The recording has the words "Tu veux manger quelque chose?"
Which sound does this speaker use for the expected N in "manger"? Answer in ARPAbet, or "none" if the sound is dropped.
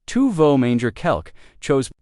N